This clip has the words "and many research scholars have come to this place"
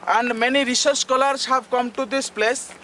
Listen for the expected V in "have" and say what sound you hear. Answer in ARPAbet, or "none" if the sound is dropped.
B